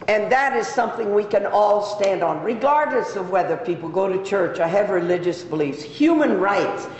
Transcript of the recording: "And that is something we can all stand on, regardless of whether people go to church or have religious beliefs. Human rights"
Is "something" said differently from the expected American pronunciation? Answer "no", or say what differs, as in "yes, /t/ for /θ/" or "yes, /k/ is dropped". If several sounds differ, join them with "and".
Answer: no